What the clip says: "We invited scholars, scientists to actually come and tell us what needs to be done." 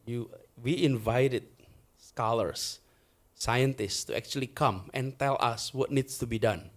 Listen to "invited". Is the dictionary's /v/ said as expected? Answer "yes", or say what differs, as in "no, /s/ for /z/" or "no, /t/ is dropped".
yes